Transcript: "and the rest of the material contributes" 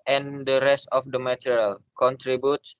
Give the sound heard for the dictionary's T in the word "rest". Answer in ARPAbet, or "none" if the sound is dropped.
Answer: T